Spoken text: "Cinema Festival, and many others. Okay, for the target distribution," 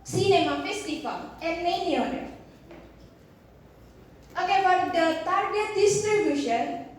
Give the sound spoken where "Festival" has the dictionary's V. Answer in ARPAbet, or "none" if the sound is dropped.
F